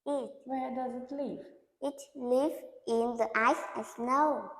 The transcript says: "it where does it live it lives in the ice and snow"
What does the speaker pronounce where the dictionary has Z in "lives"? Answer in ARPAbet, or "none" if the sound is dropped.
none